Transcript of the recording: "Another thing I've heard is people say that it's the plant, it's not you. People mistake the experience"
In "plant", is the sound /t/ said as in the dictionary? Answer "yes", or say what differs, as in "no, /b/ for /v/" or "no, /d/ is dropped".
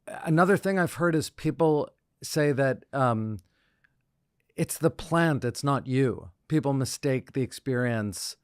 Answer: yes